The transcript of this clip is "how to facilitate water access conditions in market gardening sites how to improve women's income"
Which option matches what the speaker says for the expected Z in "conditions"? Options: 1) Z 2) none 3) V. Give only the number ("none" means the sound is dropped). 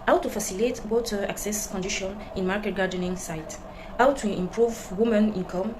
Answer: 2